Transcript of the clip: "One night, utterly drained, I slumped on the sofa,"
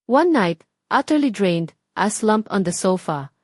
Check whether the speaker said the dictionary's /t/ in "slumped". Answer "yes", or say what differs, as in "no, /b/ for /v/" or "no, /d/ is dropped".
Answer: no, /t/ is dropped